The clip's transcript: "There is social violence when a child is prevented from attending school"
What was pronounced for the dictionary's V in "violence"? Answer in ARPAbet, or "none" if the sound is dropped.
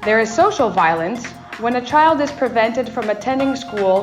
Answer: V